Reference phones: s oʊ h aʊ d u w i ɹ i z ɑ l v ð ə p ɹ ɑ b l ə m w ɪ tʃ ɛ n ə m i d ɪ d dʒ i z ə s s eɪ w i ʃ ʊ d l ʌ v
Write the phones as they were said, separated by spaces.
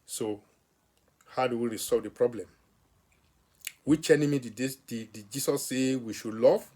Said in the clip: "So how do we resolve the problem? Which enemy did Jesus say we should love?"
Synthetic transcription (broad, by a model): s oʊ h aʊ d u w i ɹ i s ɑ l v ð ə p ɹ ɑ b l ə m w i tʃ ɛ n ə m i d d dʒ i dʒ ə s s eɪ w i ʃ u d l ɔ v